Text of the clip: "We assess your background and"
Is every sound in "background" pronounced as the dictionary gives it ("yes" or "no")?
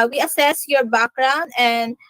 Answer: no